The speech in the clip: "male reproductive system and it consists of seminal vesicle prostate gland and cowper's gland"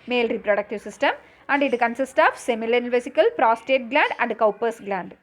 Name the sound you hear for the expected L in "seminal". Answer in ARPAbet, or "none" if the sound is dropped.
N